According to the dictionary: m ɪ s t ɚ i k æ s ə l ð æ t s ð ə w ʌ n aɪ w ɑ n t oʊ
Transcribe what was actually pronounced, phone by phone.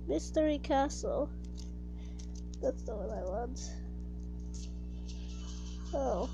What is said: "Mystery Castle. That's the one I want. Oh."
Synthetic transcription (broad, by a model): m ɪ s t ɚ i k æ s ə l ð æ t s ð ə w ʌ n aɪ w ɑ n t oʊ